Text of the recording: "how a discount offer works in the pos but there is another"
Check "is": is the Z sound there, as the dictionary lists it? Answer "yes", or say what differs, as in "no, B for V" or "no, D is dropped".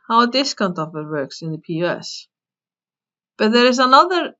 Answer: yes